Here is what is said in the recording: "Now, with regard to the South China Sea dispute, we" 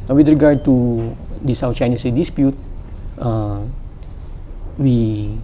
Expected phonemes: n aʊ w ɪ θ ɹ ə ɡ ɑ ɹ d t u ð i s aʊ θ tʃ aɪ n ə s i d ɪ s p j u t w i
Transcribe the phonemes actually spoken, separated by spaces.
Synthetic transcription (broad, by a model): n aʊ w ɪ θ ɹ ə ɡ ɑ ɹ d t u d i s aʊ f tʃ aɪ n ə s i d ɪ s p j u t w i